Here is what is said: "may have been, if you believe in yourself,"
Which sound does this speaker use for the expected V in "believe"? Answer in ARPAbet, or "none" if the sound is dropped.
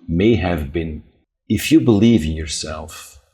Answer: V